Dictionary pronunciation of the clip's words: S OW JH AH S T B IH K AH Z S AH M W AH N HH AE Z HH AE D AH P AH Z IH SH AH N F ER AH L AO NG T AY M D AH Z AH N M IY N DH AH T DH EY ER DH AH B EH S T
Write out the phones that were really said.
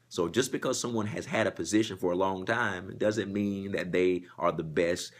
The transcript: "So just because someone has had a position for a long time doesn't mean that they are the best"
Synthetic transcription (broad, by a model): S OW JH AH S B IH K AH Z S AH M W AH N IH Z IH D AH P AH Z IH SH AH N F ER AH L AO NG T AY M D AH Z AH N M IY N DH AH T DH EY ER DH AH B EH S T